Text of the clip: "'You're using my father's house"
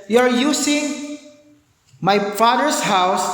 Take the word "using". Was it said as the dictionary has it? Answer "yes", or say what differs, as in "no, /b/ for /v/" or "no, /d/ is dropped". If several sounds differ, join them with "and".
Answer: no, /s/ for /z/